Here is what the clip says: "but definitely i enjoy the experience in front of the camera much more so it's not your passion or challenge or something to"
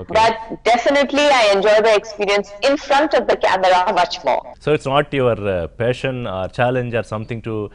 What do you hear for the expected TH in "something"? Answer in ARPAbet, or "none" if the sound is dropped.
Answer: T